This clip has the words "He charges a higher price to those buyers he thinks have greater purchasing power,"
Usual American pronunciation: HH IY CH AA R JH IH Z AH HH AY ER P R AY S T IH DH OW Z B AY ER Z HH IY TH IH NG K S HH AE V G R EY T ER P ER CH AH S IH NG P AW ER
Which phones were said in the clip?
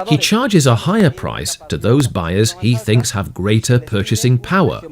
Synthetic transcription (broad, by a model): HH IY CH AA R JH IH Z AH HH AY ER P R AY S T IH DH OW Z B AY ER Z HH IY TH IH NG K S HH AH V G R EY T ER P ER CH AH S IH NG P AW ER